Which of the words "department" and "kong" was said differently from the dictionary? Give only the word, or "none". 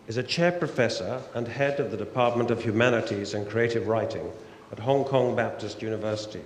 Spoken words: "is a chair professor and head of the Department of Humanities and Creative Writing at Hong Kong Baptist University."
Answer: none